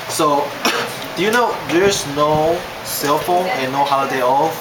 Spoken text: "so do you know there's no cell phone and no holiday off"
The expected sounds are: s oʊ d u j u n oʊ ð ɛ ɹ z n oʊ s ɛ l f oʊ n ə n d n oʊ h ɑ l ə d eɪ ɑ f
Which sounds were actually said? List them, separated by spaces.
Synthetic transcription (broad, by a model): s oʊ d u j u n oʊ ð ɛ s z n oʊ s ɛ l f oʊ n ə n n oʊ h ɑ ə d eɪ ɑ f